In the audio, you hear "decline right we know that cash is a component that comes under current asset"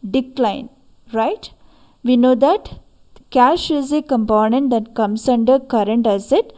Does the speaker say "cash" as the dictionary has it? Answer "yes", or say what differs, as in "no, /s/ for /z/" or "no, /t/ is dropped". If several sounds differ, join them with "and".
yes